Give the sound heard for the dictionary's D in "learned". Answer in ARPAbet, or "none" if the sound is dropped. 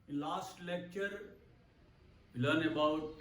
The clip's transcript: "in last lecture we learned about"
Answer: none